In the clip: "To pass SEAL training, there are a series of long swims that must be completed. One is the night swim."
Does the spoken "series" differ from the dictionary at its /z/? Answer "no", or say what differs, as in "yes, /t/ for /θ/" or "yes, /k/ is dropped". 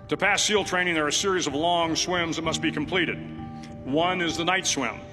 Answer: no